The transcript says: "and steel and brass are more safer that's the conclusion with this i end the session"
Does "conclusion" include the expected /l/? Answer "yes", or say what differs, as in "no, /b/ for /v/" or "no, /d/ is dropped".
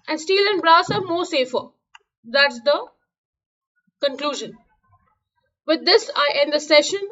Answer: yes